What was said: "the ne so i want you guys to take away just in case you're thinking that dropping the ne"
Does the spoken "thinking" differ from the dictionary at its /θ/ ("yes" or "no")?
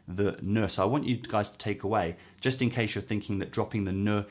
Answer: no